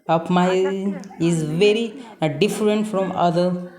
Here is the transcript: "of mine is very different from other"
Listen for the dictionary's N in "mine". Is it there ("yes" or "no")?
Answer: no